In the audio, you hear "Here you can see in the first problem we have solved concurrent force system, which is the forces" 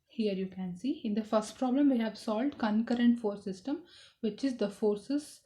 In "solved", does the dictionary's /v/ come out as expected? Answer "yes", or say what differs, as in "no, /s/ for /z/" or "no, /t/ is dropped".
yes